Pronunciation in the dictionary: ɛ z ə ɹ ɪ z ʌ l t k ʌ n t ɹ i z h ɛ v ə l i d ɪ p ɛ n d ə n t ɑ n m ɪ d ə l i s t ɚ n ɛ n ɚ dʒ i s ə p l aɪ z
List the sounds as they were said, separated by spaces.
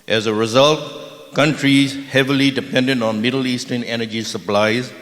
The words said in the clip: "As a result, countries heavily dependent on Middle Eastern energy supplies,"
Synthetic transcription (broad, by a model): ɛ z ə ɹ ɪ z ʌ l t k ʌ n t ɹ i z h ɛ v ə l i d ɪ p ɛ n d ə n t ɑ n m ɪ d l i s t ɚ n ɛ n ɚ dʒ i s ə p l aɪ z